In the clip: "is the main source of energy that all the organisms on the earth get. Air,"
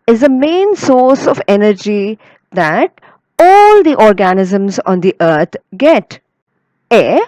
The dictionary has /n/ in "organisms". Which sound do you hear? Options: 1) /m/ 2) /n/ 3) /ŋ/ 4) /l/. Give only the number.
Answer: 2